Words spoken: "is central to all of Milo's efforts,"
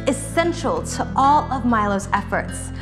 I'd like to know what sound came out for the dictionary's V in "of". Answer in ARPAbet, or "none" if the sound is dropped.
V